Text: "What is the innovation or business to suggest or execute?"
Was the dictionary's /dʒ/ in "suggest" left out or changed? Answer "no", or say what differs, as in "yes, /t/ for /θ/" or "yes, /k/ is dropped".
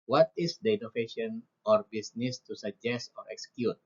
no